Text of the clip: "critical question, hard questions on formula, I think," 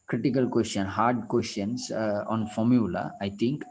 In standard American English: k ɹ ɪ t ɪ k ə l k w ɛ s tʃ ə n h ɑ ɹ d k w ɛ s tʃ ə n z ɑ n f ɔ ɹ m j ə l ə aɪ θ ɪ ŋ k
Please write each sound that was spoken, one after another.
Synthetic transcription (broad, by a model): k ɹ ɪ t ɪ k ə l k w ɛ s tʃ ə n h ɑ ɹ d k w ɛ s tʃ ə n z ɑ n f ɔ ɹ m j ə l ə aɪ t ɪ ŋ k